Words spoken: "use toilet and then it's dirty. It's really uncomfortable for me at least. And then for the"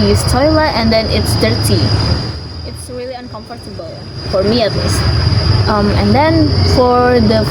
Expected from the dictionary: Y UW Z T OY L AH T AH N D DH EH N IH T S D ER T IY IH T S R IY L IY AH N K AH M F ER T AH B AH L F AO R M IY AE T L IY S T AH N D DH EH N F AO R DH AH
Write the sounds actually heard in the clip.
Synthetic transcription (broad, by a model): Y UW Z T OY L AH T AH N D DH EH N IH T S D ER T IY IH T S R IY L IY AH N K AH M F ER T AH B AH L F AO R M IY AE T L IY S T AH N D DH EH N F AO R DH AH